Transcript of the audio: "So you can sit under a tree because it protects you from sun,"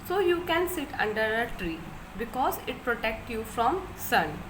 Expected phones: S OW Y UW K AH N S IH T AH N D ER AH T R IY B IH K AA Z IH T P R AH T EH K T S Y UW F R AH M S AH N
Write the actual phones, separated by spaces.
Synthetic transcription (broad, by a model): S OW Y UW K AH N S IH T AH N D ER AH T R IY B IH K AA Z IH T P R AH T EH K T Y UW F R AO M S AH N